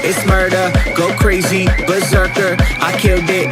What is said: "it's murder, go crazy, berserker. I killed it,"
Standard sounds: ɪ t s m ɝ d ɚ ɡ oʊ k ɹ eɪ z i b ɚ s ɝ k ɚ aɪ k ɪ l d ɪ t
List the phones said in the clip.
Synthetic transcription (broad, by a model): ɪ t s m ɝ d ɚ ɡ oʊ k ɹ eɪ z i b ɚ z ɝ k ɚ aɪ k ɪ d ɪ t